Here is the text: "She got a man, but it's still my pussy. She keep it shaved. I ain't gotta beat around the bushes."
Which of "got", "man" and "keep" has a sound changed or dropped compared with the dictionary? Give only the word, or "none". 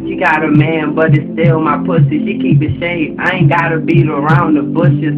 keep